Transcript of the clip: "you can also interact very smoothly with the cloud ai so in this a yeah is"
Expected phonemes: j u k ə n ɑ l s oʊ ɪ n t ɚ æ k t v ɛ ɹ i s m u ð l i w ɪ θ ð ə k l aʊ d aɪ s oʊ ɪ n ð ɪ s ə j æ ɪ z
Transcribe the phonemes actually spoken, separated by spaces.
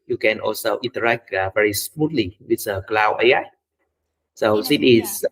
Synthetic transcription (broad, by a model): j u k ə n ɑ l s oʊ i n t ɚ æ k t v ɛ ɹ i s m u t l i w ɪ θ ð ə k l aʊ aɪ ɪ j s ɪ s ə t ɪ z